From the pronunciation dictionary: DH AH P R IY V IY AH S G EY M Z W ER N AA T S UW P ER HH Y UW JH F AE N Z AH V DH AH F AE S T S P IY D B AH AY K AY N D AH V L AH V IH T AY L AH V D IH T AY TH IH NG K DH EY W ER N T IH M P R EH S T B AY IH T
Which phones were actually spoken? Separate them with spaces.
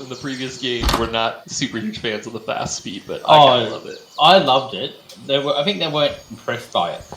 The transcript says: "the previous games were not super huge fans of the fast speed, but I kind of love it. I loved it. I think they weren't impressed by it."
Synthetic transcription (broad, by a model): DH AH P R IY V IY AH S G EY M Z W ER N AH T S UW P ER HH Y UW ZH F AE N Z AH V DH AH F AE S T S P IY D B AH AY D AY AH L AH V IH T AY L AH V D IH T AY TH IH NG K DH EY W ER N T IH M P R EH S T B AY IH T